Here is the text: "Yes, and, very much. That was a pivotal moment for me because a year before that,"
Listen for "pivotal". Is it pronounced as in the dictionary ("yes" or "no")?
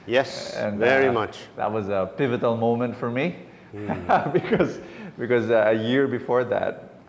yes